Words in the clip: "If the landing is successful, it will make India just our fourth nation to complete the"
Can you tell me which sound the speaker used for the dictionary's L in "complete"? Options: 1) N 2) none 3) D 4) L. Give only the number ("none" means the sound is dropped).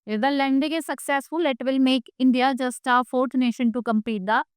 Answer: 2